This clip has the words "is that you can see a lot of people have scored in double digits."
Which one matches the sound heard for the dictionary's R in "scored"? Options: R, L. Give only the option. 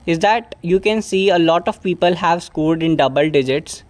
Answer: L